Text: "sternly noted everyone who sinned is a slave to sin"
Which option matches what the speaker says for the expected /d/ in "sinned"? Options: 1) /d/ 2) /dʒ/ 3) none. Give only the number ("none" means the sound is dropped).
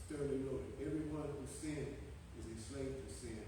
3